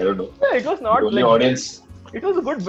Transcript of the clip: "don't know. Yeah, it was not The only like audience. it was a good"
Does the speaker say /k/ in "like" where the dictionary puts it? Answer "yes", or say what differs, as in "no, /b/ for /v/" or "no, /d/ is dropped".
no, /k/ is dropped